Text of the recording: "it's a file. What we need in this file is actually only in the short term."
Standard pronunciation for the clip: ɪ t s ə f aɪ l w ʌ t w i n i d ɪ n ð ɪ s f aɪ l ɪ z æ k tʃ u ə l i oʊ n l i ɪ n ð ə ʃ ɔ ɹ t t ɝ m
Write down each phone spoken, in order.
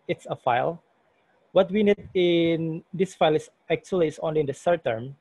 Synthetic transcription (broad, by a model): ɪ t s ə f aɪ l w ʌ t w i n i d ɪ n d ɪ s f aɪ l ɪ s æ k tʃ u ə l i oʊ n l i ɪ n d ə s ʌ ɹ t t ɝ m